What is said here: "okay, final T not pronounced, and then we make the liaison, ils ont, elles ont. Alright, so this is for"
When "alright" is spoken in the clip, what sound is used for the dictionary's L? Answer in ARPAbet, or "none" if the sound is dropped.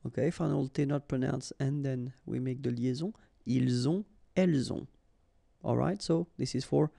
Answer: L